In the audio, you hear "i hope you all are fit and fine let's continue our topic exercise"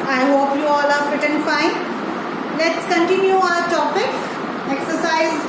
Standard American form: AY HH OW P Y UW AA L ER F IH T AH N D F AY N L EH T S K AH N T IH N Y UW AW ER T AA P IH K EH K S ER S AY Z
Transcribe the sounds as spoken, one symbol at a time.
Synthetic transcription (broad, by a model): AY HH OW P Y UW AA L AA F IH T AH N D F AY N L EH T S K AH N T IH N Y UW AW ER T AA P IH K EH K S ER S AY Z